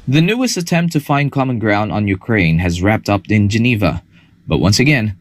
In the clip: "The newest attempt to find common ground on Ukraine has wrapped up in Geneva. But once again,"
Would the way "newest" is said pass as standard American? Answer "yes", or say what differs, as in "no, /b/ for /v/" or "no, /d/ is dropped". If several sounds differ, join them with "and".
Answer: no, /t/ is dropped